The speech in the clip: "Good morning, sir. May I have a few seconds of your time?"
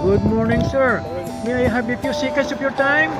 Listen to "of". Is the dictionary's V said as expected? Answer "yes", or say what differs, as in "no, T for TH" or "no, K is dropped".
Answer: no, P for V